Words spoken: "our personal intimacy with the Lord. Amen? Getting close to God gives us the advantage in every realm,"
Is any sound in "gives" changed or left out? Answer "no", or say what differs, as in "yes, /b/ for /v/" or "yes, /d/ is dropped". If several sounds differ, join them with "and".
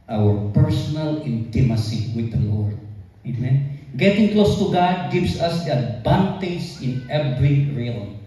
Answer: yes, /s/ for /z/